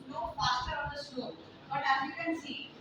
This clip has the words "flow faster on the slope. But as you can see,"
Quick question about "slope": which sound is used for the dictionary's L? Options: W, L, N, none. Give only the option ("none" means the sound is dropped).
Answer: none